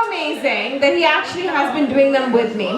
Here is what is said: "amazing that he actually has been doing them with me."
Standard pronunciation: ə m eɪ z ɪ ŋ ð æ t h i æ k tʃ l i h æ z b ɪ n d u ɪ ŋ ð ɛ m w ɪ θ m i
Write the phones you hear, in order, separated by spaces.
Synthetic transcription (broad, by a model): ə m eɪ z ɪ ŋ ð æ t h i æ k tʃ l i h æ z b ɪ n d u ɪ ŋ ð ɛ m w ɪ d m i